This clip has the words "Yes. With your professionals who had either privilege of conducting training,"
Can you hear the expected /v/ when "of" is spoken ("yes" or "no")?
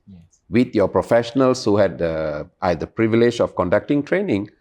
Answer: no